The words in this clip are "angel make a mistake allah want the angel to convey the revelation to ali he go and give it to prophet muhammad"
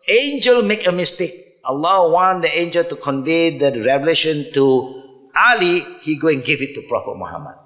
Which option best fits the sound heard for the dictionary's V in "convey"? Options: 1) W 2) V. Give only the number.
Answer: 2